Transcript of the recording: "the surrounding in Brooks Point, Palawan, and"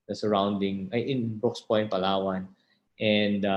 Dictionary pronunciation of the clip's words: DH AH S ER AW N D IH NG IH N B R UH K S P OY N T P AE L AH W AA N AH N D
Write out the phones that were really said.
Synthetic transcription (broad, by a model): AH S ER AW N D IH NG IH N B UH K S P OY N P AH L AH W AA N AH N D